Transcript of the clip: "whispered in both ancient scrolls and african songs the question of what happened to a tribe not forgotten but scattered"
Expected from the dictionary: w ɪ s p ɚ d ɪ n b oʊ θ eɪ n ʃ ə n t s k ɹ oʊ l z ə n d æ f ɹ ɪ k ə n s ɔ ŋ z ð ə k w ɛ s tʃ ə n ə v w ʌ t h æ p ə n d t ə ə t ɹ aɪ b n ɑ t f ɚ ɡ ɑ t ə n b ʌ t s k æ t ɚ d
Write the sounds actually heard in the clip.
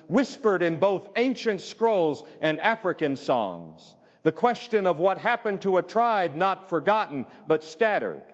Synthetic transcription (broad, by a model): w ɪ s p ɚ d ɪ n b oʊ θ eɪ n ʃ ə n t s k ɹ oʊ l z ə n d æ f ɹ ɪ k ə n s ɔ ŋ z ð ə k w ɛ s tʃ ə n ə v w ʌ t h æ p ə n t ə ə t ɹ aɪ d n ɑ t f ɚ ɡ ɑ t n b ʌ t s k æ t ɚ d